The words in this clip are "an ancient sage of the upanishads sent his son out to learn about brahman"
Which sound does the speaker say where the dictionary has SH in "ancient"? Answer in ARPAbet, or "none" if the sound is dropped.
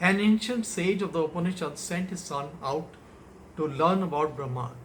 SH